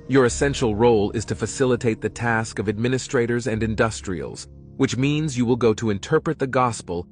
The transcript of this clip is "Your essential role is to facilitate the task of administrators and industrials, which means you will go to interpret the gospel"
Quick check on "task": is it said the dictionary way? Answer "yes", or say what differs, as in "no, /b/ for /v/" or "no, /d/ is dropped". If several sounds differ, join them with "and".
yes